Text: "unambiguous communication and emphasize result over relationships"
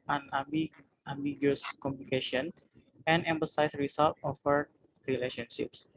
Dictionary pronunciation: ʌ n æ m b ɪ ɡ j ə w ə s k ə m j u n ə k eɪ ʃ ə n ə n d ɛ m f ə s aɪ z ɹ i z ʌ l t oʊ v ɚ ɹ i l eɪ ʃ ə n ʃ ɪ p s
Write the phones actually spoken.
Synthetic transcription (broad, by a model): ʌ n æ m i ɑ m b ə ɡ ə s k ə m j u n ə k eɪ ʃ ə n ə n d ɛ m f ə s aɪ s ɹ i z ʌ l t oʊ f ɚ ɹ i l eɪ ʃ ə n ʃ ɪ p s